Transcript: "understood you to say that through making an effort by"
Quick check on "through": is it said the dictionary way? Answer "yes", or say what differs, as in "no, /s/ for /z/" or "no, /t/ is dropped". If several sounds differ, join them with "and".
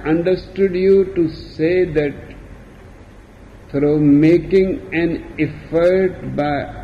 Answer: no, /f/ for /θ/